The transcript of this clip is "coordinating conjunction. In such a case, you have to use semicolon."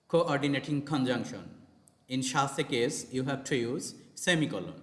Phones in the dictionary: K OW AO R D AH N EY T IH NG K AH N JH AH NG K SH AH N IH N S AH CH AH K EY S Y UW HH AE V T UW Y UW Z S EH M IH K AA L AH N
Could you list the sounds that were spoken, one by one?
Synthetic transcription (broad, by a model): K OW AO R D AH N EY T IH NG K AH N JH AH NG K SH AH N IH N SH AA S AH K EY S Y UW HH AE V T UW Y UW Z S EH M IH K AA L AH N